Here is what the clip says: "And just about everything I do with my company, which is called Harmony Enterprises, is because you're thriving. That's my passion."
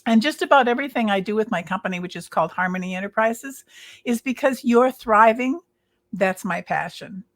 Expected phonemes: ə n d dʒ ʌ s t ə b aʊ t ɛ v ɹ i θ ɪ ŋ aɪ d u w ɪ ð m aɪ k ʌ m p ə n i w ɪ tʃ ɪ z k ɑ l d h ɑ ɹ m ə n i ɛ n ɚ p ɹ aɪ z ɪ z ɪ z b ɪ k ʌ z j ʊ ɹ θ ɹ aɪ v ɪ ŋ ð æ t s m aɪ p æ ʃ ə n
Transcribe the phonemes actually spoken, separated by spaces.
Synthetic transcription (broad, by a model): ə n dʒ ʌ s t ə b aʊ t ɛ v ɹ i θ ɪ ŋ aɪ d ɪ w ɪ ð m aɪ k ʌ m p ə n i w ɪ tʃ ɪ z k ɑ l d h ɑ ɹ m ə n i ɛ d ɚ p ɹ aɪ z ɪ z ɪ z b ɪ k ʌ z j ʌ ɹ θ ɹ aɪ v ɪ ŋ ð æ t s m aɪ p æ ʃ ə n